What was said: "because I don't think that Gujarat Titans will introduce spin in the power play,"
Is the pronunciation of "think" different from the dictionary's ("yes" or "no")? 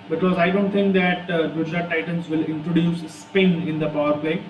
yes